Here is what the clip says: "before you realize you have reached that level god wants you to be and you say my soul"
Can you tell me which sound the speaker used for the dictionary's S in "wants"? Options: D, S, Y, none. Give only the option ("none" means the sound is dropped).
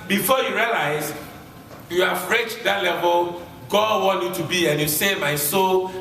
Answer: none